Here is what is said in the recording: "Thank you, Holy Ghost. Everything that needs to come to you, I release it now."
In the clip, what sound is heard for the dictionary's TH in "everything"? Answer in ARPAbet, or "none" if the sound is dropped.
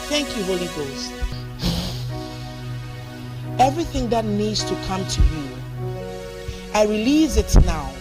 TH